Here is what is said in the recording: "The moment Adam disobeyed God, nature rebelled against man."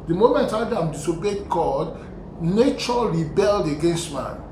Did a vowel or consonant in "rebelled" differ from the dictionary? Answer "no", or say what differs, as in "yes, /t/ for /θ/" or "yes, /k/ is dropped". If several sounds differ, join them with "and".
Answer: no